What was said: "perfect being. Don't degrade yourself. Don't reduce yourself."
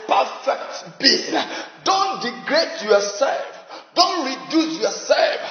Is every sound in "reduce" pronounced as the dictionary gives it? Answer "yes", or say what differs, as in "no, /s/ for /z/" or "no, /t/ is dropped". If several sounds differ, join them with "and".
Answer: yes